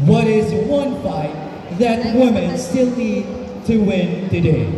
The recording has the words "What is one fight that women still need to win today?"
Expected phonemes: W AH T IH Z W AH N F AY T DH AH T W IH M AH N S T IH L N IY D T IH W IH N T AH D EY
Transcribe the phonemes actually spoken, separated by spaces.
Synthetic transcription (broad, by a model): W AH T IH Z W AH N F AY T DH AH T W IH M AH N S T IH L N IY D T IH W IH N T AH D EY